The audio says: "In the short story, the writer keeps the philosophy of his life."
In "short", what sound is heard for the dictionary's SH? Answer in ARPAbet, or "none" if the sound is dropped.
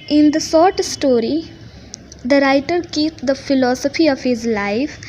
S